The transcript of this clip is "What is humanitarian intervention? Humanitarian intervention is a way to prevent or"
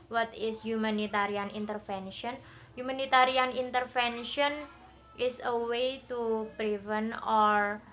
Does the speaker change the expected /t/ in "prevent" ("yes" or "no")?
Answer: yes